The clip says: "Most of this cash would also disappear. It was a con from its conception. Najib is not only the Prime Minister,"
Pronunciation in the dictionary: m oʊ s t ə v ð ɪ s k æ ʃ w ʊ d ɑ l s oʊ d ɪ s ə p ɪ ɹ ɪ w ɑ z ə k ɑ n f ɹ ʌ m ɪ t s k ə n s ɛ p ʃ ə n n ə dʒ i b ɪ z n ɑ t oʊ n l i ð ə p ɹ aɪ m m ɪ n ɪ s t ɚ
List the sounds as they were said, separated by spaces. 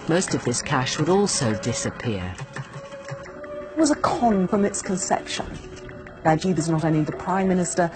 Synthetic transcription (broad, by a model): m oʊ s t ə v ð ɪ s k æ ʃ w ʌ d ɑ l s oʊ d ɪ s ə p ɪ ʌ ɪ w ɑ z ə k ɑ n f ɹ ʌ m ɪ t s k ə n s ɛ p ʃ ə n l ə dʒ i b ɪ z n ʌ t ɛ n i ð ə p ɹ aɪ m m ɪ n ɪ s t ɚ